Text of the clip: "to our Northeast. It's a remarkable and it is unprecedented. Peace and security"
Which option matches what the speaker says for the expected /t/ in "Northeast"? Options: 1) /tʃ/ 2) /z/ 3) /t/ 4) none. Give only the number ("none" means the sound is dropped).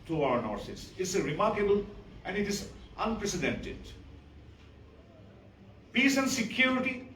4